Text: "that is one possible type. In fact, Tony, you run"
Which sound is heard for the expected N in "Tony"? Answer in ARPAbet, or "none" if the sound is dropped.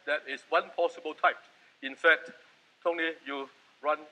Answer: L